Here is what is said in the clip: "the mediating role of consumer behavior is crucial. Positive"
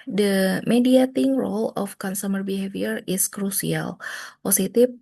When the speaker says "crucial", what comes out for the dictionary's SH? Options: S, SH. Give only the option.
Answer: S